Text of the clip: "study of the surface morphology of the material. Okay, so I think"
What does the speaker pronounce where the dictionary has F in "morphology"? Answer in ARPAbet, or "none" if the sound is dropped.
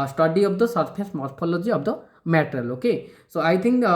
P